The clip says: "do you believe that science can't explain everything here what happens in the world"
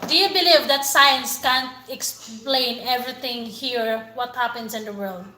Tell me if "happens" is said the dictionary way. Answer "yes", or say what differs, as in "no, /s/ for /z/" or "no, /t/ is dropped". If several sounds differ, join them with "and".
no, /s/ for /z/